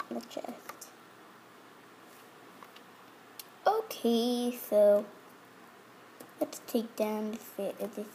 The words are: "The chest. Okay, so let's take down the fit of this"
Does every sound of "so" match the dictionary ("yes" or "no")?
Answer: yes